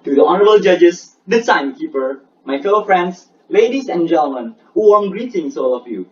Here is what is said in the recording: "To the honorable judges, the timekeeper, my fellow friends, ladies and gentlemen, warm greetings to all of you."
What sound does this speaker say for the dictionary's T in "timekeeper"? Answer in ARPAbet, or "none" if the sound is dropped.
S